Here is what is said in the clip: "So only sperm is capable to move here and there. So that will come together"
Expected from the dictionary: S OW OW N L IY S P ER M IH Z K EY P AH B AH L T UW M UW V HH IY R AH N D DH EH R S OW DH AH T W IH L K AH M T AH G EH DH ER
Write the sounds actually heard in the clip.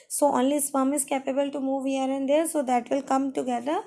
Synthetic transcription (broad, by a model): S OW OW N L IY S F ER M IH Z K EY P AH B AH L T UW M UW V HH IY R AH N D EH R S OW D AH T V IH L K AH M T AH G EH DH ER